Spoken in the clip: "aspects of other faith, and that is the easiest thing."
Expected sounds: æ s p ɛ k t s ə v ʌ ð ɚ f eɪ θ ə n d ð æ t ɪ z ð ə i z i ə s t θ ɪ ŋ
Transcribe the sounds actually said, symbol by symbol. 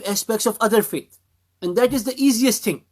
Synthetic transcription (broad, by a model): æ s p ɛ k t s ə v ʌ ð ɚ f eɪ t ə n d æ t ɪ z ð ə i z i ə s t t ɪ ŋ